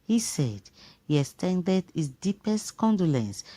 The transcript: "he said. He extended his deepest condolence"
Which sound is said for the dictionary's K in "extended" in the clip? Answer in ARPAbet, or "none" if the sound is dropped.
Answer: none